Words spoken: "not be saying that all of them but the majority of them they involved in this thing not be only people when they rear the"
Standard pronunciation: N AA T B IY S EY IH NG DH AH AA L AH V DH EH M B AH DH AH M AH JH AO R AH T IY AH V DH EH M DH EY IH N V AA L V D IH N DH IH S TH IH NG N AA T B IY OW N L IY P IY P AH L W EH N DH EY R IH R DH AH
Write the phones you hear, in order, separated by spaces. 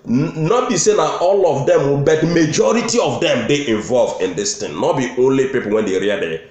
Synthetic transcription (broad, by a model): N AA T B IY S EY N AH AA L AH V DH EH M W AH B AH M AH JH AO R AH T IY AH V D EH M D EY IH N V AA L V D IH N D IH S T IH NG N AA T B IY OW N L IY P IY P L W EH N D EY R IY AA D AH